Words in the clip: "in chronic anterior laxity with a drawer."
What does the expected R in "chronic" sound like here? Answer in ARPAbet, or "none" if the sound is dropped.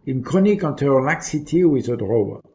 none